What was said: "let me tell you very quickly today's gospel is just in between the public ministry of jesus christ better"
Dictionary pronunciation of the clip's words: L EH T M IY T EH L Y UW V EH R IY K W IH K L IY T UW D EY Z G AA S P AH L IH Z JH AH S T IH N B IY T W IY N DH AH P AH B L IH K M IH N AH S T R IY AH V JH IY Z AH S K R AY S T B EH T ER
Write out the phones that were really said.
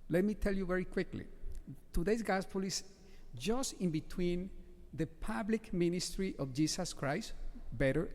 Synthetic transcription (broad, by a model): L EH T M IY T EH L Y UW V EH R IY K W IH K L IY T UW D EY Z G AA S P AH L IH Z JH AH S T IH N B IY T W IY N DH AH P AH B L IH K M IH N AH S T R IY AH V JH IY S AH S K R AY S T B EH T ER